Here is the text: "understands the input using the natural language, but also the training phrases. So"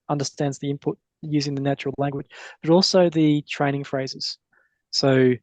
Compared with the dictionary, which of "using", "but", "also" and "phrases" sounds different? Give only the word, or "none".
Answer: none